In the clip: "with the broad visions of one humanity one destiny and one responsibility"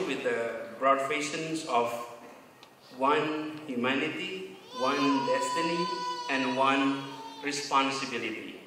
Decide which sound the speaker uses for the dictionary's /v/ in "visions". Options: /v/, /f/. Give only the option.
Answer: /f/